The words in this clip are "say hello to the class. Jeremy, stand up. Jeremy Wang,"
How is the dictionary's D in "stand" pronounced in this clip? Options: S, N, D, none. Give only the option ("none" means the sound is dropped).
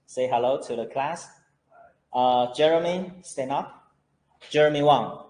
none